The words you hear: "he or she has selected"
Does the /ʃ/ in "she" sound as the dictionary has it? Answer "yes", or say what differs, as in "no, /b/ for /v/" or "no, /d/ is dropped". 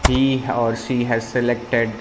yes